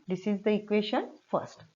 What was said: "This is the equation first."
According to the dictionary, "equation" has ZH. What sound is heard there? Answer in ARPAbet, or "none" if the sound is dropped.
SH